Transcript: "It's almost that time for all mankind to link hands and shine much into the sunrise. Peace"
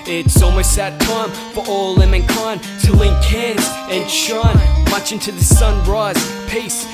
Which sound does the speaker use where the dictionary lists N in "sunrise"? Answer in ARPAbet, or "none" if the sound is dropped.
N